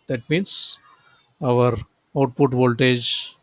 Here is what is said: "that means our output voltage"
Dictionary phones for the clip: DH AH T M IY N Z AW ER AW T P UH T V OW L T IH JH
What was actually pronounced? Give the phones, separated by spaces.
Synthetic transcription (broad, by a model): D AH T M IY N S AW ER AW T P UH T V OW L T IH JH